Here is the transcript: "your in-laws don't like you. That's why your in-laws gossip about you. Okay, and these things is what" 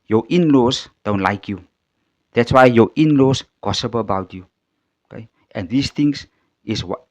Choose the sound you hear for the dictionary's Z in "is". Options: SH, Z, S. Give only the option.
S